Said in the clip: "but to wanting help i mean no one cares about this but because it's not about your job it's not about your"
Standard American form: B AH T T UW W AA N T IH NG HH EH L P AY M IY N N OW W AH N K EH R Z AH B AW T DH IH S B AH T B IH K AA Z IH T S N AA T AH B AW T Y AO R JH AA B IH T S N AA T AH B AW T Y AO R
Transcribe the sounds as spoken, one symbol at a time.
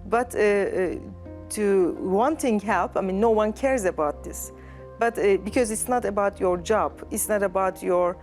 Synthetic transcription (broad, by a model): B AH T T UW W AA N T IH NG HH EH L P AY M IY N N OW W AH N K EH R Z AH B AW T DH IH S B AH T B IH K AA Z IH T S N AA T AH B AW T Y AO R JH AA B IH T S N AA T AH B AW T Y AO R